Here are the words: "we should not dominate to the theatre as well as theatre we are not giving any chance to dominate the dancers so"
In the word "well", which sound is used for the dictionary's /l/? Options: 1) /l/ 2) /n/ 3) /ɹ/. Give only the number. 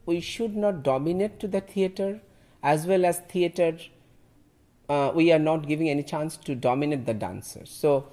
1